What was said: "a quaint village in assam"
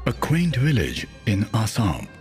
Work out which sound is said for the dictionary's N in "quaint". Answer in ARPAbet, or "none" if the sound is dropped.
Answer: N